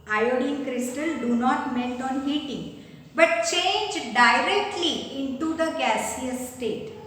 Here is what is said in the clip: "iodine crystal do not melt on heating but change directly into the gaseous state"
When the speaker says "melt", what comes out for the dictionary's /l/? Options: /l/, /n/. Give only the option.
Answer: /n/